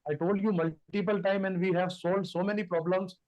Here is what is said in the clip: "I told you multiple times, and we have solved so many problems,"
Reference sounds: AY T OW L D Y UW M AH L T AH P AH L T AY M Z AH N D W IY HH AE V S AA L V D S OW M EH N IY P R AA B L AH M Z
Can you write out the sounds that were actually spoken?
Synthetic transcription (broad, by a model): AY T OW L D Y UW M AH L T AH P AH L T AY M AH N D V IY HH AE V S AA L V D S OW M EH N IY P R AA B L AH M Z